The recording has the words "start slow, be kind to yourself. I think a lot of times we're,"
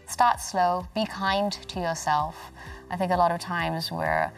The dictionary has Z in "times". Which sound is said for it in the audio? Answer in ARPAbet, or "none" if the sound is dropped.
Z